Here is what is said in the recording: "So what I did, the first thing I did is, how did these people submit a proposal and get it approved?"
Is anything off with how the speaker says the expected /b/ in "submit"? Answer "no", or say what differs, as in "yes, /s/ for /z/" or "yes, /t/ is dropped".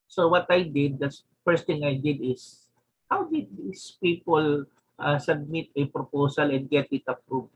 no